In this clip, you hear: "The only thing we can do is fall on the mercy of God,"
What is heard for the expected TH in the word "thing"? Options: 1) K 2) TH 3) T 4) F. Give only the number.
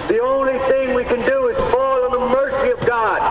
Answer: 2